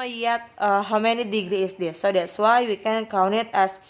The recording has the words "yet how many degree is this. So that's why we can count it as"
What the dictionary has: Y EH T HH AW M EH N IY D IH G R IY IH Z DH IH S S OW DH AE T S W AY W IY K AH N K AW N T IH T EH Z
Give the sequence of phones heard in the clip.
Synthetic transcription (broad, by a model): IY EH T HH AW M EH N IY D IH G R IY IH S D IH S S OW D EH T S W AY W IY K AH N K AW N IH T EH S